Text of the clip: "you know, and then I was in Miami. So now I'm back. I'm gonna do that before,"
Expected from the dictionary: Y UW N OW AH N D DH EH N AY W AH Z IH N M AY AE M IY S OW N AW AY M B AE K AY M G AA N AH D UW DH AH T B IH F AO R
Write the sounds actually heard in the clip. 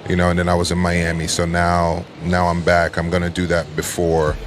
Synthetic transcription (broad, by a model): Y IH N OW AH N DH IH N AY W AH Z IH N M AY AE M IY S OW N AW AY M B AE K AY M G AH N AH D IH DH AH T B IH F AO R